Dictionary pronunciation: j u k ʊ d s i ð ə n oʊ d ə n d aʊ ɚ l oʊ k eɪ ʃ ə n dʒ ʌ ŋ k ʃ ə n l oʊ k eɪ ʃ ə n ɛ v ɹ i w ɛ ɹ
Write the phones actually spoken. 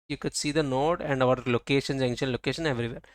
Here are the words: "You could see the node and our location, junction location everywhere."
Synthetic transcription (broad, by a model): j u k ʊ d s i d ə n oʊ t ə n d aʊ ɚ l oʊ k eɪ ʃ ə n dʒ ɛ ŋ ʃ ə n l oʊ k eɪ ʃ ə n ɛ v ɹ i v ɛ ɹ